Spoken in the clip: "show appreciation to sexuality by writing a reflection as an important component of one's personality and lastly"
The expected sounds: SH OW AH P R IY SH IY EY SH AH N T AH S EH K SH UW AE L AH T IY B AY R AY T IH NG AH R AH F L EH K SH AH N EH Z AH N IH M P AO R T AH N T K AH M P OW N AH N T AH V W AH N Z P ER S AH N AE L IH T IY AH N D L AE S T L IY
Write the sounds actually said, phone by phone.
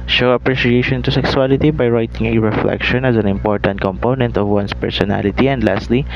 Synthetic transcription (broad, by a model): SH OW AH P R IY SH IY EY SH AH N T AH S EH K S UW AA L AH T IY B AY R AY T IH NG AH R AH F L EH K SH AH N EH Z AH N IH M P AO R T AH N T K AH M P OW N AH N T AH V W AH N S P ER S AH N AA L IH T IY AH N D L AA S T L IY